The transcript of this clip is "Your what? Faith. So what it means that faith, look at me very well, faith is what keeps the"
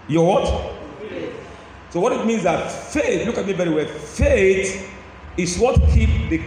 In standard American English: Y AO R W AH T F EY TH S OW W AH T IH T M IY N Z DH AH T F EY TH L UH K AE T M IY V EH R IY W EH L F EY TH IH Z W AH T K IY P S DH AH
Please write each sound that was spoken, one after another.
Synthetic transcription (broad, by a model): Y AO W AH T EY S OW W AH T IH T M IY N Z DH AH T F EY TH L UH K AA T M IY B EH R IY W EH F EY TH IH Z W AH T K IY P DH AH